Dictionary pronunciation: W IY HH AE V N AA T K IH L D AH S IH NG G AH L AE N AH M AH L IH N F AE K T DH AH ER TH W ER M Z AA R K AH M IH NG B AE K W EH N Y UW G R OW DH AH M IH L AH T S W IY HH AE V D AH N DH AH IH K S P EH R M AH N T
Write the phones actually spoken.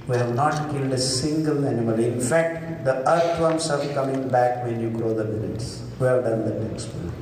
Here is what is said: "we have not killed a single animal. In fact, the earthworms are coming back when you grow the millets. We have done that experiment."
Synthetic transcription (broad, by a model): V IY HH AE V N AA T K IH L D AH S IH NG G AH L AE N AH M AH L IH N F AE K T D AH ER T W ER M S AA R K AH M IH NG B AE K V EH N Y UW G R OW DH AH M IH N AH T S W IY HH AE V D AH N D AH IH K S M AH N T